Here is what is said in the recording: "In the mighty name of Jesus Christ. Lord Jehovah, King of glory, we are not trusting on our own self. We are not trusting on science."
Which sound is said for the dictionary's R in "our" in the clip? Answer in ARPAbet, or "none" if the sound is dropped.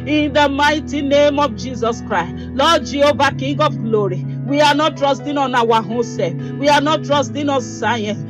W